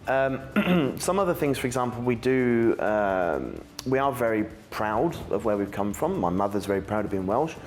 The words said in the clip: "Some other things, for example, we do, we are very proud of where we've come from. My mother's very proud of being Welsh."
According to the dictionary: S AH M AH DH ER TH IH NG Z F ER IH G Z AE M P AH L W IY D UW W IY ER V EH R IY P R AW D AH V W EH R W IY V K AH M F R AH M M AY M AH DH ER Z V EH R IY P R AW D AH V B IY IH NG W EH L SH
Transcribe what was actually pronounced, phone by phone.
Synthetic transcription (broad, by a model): S AH M AH DH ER TH IH NG Z F ER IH G Z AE M P L W IY D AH W IY ER V EH R IY P R AW D AH V W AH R W IY V K AH M F R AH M M AY M AH DH ER Z V EH R IY P R AW D AH V B IY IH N W EH L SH